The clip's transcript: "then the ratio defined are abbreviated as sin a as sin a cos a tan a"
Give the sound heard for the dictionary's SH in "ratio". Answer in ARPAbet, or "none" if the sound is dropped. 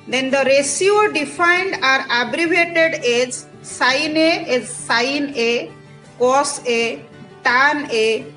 S